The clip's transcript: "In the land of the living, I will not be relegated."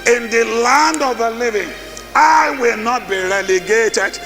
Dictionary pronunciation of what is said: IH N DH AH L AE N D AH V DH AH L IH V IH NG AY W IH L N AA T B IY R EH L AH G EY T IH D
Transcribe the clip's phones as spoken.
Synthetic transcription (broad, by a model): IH N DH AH L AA N D AH V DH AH L IH V IH NG AY W IH L N AA T B IY R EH L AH G EY T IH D